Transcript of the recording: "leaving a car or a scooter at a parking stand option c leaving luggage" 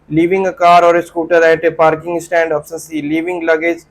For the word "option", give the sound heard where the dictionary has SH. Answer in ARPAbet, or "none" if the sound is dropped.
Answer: S